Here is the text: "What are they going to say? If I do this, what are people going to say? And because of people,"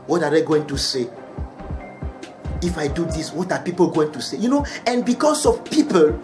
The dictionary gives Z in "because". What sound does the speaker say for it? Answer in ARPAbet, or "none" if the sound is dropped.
S